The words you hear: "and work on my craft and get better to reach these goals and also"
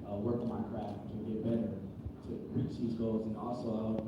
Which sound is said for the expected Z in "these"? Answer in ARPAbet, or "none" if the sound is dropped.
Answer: Z